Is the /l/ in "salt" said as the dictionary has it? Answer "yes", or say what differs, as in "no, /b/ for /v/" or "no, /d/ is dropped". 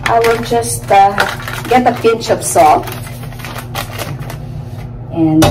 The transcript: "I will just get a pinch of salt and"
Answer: no, /l/ is dropped